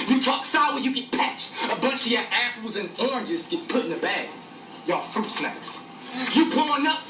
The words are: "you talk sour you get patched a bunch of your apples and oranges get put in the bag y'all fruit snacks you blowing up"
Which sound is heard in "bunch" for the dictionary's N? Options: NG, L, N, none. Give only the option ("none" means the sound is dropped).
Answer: N